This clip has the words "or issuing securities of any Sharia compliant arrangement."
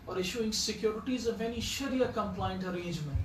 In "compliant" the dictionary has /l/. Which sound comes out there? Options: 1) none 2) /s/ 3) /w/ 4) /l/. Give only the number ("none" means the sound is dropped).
4